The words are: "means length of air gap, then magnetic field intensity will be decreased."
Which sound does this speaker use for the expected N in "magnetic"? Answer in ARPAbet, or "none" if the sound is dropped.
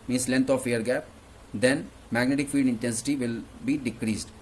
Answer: N